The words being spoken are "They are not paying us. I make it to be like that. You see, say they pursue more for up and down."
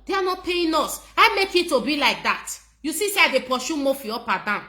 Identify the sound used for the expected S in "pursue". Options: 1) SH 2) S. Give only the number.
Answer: 1